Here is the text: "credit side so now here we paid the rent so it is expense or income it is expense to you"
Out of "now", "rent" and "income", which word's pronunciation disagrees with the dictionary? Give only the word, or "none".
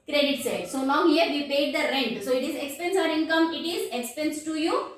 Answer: now